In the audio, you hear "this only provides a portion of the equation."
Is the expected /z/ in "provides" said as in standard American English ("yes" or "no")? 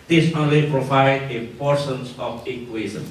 no